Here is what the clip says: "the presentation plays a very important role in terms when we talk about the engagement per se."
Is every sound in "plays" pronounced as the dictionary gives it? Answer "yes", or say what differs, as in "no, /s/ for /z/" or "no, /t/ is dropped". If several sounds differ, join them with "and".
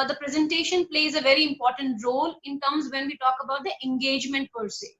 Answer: yes